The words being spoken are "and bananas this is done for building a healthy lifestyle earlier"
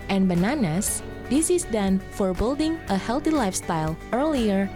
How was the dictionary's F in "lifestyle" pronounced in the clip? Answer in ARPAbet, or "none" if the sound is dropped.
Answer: F